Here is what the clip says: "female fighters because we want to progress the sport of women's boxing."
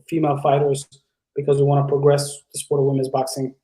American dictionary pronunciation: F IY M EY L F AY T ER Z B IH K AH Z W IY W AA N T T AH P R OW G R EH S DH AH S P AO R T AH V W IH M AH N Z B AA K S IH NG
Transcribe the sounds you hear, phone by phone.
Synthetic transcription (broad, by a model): F IY M EY L F AY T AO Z B IH K AH Z W IY W AA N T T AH P R OW G R EH S DH AH S P AO R T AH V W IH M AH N Z B AA K S IH NG